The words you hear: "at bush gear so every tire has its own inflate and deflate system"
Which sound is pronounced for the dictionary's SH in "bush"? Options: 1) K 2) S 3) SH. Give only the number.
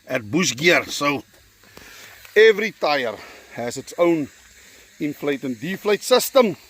2